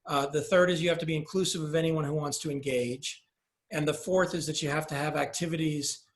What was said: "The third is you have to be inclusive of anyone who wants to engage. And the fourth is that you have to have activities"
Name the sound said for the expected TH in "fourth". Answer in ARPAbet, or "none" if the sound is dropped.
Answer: TH